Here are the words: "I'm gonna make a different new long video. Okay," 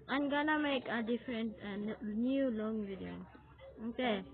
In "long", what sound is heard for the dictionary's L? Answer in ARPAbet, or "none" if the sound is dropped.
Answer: L